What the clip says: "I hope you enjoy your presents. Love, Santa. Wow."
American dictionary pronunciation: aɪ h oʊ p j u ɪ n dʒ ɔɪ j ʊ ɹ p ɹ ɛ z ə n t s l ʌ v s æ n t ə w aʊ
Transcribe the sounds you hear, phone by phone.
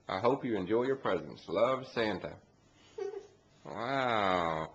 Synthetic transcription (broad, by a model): aɪ h oʊ p j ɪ ɪ n dʒ ɔɪ j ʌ ɹ p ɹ ɛ z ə n s l ʌ v s æ n t ə w aʊ